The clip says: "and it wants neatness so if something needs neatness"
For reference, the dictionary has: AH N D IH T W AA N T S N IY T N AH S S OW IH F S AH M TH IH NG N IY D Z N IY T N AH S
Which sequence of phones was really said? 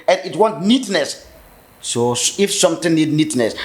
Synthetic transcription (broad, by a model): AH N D IH T W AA N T N IY T N AH S S OW IH F S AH M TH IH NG N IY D N IY T N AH S